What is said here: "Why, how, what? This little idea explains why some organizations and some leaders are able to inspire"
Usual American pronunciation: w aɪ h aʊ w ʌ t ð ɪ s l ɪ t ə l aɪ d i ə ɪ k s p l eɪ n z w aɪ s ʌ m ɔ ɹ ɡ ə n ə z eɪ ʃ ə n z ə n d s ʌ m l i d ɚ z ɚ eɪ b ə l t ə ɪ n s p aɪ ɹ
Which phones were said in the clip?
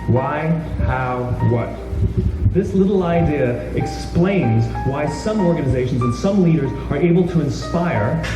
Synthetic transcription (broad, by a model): w aɪ h aʊ w ʌ t ð ɪ s l ɪ t l aɪ d i ə ɪ k s p l eɪ n z w aɪ s ʌ m ɔ ɹ ɡ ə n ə z eɪ ʃ n z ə n s ʌ m l i d ɚ z ɚ eɪ b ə l t ə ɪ n s p aɪ ɹ